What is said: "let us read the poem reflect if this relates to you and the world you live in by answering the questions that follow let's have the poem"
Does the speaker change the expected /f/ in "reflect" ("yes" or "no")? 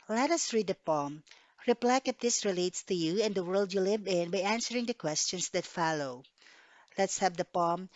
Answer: yes